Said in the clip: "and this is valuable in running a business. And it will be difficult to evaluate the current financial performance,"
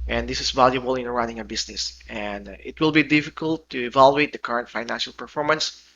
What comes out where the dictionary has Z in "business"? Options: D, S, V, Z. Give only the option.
S